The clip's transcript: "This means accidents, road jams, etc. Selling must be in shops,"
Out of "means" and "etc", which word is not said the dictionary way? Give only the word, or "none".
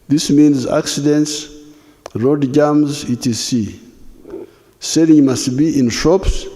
etc